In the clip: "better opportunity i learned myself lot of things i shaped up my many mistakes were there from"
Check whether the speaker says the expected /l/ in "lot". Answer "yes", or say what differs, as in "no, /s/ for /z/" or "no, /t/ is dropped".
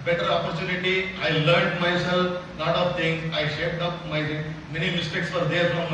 no, /n/ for /l/